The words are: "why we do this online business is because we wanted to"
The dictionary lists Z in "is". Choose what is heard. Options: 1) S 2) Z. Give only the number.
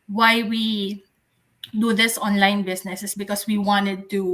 1